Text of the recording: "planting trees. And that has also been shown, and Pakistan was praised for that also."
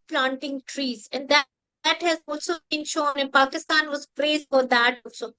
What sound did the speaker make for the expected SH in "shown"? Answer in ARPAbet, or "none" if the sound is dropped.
SH